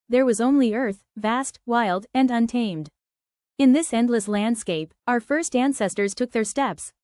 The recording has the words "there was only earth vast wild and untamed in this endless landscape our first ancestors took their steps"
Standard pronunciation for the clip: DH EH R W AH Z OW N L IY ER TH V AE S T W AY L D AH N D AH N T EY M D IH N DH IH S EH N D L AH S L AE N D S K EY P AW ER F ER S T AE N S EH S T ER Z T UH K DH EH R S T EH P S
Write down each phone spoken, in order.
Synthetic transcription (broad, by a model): DH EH R W AH Z OW N L IY ER TH V AE S T W AY L D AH N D AH N T EY M D IH N DH IH S EH N D L AH S L AE N D S K EY P AW ER F ER S T AE N S EH S T ER Z T UH K DH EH R S T EH P S